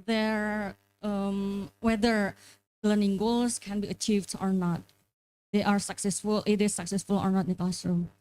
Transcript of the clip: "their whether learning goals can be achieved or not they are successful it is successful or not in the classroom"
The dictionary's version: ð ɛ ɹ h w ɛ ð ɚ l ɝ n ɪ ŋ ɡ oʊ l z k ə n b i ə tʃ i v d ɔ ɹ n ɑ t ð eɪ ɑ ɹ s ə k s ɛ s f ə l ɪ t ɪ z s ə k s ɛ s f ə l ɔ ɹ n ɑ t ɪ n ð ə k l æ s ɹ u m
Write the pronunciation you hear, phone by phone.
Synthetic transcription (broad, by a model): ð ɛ ɹ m w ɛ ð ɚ l ɝ n ɪ ŋ ɡ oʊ l s k ə n b i ə tʃ i v d ɔ ɹ n ɑ t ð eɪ ɑ ɹ s ə k s ɛ s f ə l t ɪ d s ə k s ɛ s f ə l ɔ ɹ n ɑ t ɪ n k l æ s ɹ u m